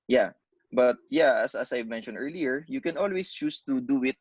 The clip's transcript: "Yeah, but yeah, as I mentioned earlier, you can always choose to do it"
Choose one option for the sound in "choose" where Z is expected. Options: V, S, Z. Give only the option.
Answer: S